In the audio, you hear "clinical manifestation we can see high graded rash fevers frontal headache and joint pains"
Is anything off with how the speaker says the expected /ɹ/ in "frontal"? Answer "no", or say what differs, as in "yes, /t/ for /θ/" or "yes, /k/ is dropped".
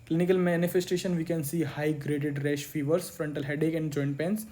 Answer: no